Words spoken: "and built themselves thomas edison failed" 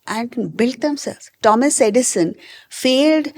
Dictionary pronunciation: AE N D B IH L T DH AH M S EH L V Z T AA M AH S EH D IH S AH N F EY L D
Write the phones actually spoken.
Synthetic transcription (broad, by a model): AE N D B IH L T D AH M S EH L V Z T AA M AH S EH D IH S AH N F EY L D